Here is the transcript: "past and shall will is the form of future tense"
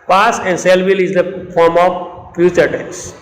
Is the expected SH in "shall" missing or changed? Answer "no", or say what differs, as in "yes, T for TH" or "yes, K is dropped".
yes, S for SH